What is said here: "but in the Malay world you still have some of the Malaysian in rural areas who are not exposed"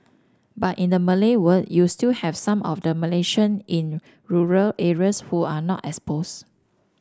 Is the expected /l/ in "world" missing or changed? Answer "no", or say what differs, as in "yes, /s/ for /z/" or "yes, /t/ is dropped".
yes, /l/ is dropped